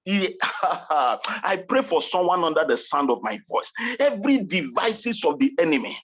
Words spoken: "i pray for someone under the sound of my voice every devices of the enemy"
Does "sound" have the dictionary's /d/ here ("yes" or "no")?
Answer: yes